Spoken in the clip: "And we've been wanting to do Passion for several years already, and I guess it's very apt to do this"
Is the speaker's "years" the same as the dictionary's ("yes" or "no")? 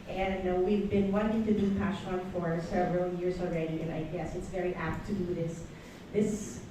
yes